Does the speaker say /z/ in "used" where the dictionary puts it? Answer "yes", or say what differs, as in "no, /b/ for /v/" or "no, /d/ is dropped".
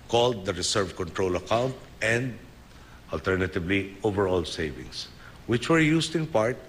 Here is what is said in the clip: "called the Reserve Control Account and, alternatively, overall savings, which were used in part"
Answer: no, /s/ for /z/